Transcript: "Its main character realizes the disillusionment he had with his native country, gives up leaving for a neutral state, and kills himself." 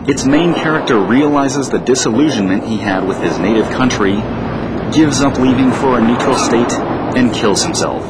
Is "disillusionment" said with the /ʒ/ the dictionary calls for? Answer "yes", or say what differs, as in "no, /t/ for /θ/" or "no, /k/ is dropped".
yes